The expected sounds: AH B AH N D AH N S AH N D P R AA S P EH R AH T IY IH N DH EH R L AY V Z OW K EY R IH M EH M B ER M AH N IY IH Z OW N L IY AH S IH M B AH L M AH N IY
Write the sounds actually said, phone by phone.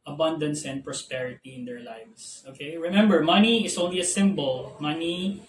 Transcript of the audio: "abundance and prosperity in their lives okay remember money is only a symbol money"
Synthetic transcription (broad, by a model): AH B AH N D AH N S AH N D P R AA S P EH R AH T IY IH N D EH R L AY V S OW K EY R IH M EH M B ER M AH N IY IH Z OW N L IY AH S IH M B AH L M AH N IY